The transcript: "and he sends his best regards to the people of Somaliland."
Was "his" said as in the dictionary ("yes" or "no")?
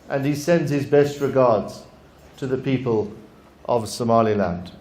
yes